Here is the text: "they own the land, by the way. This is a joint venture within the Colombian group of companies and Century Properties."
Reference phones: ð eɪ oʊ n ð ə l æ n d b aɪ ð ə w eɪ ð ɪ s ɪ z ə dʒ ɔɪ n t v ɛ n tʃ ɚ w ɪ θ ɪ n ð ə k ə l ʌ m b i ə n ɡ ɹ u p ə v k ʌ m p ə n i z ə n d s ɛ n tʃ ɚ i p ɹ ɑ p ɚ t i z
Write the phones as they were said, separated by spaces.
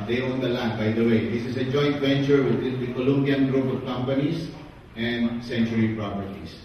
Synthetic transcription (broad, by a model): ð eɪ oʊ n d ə l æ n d b aɪ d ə w eɪ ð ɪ s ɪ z ə dʒ ɔɪ n t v ɛ n tʃ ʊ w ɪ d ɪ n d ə k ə l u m b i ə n ɡ ɹ u p ə v k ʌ m p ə n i s ə n d s ɛ n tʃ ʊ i p ɹ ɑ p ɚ t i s